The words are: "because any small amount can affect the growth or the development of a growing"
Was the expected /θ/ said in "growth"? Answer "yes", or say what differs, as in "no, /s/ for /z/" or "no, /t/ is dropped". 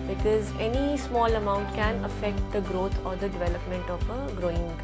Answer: no, /t/ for /θ/